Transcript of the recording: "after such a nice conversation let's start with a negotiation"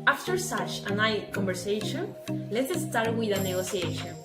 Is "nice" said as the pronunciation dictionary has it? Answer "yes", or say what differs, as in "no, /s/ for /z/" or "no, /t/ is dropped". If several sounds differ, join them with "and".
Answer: no, /s/ is dropped